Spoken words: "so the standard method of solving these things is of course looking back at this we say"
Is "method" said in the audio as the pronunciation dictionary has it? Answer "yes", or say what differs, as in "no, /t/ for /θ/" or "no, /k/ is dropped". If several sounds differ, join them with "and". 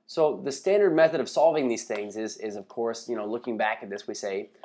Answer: yes